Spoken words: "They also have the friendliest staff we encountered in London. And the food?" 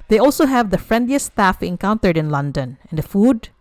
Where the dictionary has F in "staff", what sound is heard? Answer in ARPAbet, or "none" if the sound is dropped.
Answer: F